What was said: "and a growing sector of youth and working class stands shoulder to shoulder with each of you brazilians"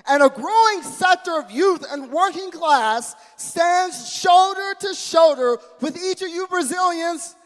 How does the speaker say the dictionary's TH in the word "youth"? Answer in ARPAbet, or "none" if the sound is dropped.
TH